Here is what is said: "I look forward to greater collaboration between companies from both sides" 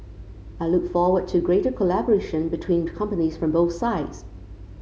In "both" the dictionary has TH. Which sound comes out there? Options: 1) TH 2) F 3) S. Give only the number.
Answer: 1